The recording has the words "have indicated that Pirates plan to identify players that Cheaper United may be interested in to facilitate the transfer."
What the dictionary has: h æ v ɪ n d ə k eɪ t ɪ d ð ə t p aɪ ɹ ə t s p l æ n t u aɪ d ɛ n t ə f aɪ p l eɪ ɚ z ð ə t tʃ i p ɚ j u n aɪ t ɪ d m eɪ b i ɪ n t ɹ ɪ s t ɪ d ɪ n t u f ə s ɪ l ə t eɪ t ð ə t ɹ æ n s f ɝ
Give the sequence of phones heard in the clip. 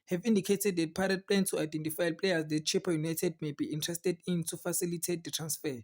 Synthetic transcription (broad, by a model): h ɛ v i n d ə k eɪ t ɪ d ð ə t p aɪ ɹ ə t p l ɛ n t u aɪ d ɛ n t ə f aɪ p l eɪ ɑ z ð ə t tʃ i p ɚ j u n aɪ t ɪ d m eɪ b i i n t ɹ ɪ s t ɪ d ɪ n t u f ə s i l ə t eɪ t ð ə t ɹ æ n s f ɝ